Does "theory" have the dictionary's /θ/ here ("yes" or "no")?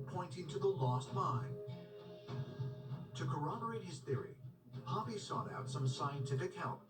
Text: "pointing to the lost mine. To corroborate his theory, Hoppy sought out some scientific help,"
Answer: yes